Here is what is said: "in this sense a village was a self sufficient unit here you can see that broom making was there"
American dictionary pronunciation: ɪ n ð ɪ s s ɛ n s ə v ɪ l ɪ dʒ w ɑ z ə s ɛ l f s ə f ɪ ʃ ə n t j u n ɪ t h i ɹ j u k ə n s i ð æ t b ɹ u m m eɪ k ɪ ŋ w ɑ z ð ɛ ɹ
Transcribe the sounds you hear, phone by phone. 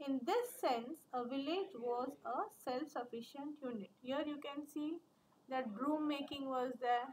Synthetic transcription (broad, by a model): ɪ n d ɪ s s ɛ n s ə v ɪ l ɪ dʒ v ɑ z ə s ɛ l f s ə f ɪ ʃ ə n t j u n ɪ t h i ɹ j u k ə n s i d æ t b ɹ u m m eɪ k ɪ ŋ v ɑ z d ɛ ɹ